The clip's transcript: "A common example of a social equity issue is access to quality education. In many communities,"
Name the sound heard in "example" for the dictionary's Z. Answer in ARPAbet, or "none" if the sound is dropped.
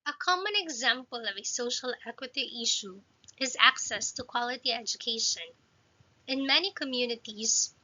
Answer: Z